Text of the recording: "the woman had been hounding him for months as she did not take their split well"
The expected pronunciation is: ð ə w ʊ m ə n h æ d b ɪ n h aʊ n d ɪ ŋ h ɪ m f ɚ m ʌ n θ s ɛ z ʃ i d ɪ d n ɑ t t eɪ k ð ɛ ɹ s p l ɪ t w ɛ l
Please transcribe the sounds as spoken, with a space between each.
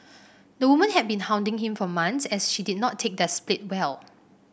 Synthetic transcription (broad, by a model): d ə w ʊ m ə n h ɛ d b ɪ n h aʊ n d ɪ ŋ h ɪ m f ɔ m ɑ n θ s ɛ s ʃ i d ɪ d n ɑ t t eɪ k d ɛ s p l ɪ t w ɛ l